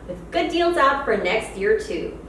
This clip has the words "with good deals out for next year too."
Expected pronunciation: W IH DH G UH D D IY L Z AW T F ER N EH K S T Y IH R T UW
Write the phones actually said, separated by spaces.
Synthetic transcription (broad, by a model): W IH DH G UH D D IY L Z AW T F ER N EH K S T Y IH R T UW